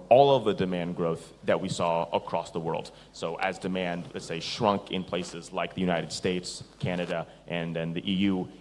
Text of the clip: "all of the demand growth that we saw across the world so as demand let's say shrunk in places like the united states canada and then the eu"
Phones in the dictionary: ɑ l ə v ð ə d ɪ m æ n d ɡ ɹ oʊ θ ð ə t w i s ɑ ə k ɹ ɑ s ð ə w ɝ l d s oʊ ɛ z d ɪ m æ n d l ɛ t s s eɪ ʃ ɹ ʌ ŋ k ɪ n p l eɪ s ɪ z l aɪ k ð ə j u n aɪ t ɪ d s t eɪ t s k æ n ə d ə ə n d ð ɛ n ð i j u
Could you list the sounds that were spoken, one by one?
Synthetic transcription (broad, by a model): ɑ l ə v ð ə d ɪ m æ n ɡ ɹ oʊ θ ð ə t w i s ɑ ə k ɹ ɑ s ð ə w ɝ l d s oʊ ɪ z d ɪ m æ n d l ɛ t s s eɪ ʃ ɹ ʌ ŋ k ɪ n p l eɪ s ɪ z l aɪ k ð ə j u n aɪ t ɪ d s t eɪ t s k æ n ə d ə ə n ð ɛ n ð i j u